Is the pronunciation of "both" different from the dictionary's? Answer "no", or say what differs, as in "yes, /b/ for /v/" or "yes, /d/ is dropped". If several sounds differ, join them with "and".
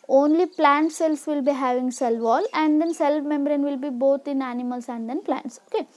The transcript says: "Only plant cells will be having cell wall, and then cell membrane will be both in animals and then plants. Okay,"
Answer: yes, /t/ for /θ/